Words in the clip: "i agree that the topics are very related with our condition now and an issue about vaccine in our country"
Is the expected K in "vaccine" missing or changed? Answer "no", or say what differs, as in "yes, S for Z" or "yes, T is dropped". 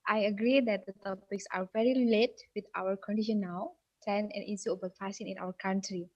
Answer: yes, K is dropped